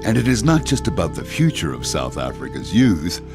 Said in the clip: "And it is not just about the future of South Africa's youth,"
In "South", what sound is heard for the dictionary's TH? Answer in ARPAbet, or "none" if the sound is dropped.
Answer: TH